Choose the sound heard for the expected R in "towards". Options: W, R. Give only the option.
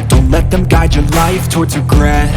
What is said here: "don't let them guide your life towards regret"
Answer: R